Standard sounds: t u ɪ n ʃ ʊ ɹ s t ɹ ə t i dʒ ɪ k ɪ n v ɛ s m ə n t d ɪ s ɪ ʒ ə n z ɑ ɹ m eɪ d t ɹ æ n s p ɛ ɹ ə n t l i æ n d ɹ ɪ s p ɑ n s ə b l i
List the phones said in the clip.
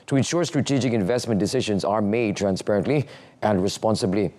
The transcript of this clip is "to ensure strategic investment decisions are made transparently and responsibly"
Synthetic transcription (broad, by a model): t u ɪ n ʃ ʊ ɹ s t ɹ ə t i dʒ ɪ k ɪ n v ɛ s m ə n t d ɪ s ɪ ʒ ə n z ɑ ɹ m eɪ d t ɹ æ n s p ɛ ɹ ə n t l i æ n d ɹ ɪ s p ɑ n s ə b l i